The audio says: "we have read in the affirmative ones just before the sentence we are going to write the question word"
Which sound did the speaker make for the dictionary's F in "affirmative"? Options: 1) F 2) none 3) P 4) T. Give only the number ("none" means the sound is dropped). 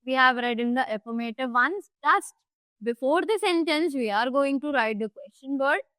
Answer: 3